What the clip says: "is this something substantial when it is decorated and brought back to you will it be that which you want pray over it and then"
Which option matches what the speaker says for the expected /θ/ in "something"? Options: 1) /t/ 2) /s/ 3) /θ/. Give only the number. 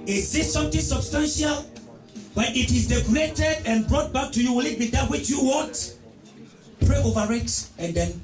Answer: 1